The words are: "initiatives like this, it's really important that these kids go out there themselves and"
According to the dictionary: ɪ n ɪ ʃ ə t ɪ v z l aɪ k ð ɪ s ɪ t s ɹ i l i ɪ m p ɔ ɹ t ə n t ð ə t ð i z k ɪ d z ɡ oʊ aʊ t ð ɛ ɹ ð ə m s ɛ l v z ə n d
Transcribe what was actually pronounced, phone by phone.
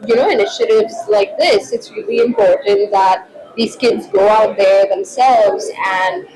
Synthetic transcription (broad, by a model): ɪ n ɪ ʃ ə t ɪ v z l aɪ k ð ɪ s ɪ t s ɹ i l i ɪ m p ɔ ɹ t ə n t ð ə t ð i z k ɪ d z ɡ oʊ aʊ t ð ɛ ɹ ð ə m s ɛ l v z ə n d